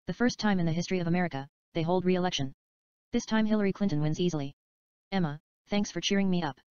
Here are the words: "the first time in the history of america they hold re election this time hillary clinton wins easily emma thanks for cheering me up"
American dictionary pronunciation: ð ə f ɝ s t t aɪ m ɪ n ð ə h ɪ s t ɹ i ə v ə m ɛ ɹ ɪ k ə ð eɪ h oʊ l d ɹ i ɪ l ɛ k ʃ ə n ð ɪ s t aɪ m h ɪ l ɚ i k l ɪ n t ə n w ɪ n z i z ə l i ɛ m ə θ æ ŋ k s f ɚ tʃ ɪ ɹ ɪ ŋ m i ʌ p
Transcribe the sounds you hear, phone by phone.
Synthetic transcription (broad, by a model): ð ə f ɝ s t t aɪ m ɪ n ð ə h ɪ s t ɹ i ə v ə m ɛ ɹ ɪ k ə ð eɪ h oʊ l d ɹ i ɪ l ɛ k ʃ ə n ð ɪ s t aɪ m h ɪ l ɚ i k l ɪ n t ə n w ɪ n z i z l i ɛ m ə θ æ ŋ k s f ɚ tʃ ɪ ɹ ɪ ŋ m i ʌ p